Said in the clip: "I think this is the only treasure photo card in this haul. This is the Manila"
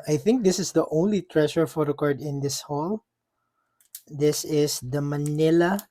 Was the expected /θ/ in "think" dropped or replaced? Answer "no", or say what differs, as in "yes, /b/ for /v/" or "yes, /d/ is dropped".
no